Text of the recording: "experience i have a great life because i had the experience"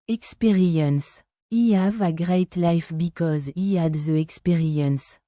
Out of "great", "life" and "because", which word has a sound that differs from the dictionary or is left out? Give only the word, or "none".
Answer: none